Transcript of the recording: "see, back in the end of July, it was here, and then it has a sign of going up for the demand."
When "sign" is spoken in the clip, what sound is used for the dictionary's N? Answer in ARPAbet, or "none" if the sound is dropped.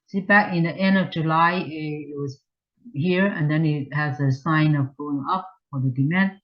N